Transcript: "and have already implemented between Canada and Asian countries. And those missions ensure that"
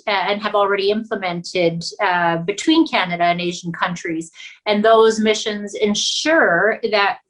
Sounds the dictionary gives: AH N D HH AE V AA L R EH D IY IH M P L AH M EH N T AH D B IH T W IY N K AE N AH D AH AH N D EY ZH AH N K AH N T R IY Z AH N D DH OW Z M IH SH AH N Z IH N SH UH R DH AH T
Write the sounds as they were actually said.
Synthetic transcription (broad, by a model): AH N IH V L R EH D IY IH M P L AH M EH N T AH D B IH T W IY N K AE N AH D AH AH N EY ZH N K AH N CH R IY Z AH N DH OW Z M IH SH AH N Z IH N SH UH R DH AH T